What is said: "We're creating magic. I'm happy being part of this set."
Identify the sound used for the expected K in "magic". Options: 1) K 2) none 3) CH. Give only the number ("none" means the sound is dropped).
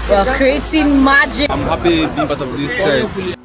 2